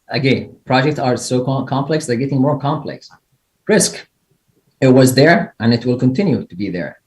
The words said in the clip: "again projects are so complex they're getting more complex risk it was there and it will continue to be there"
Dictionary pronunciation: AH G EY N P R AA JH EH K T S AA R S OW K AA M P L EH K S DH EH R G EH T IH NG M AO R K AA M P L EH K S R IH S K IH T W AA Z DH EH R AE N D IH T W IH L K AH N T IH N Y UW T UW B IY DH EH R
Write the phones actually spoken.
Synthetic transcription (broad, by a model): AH G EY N P R AA JH EH K T S AA R S OW K AA M P L EH K S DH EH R G EH T IH NG M AO R K AA M P L EH K S R IH S K IH T W AA Z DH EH R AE N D IH T W IH L K AH N T IH N Y UW T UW B IY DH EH R